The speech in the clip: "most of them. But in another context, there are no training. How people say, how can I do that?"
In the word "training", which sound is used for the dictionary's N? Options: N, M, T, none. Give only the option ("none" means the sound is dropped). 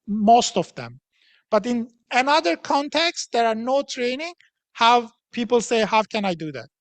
N